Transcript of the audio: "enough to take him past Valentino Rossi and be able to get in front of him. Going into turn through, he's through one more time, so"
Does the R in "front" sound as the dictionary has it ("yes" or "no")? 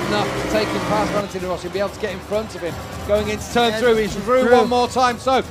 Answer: yes